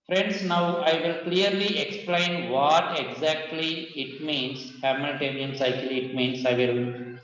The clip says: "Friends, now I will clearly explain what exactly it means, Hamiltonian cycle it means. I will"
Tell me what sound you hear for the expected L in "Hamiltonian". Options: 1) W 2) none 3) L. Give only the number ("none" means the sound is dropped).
2